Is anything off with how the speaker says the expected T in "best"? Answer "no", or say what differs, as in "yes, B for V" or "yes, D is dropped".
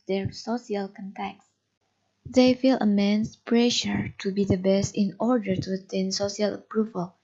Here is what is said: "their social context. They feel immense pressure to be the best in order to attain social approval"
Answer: no